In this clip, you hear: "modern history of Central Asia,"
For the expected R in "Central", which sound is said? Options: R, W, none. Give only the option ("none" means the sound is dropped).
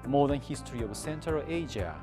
none